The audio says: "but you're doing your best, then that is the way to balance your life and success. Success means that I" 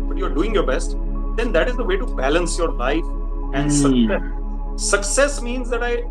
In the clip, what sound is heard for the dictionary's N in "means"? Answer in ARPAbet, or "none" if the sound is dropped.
N